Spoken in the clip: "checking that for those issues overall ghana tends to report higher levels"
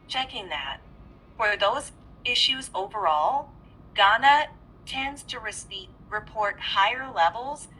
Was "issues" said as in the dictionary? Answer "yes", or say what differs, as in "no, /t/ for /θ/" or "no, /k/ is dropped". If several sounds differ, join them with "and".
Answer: yes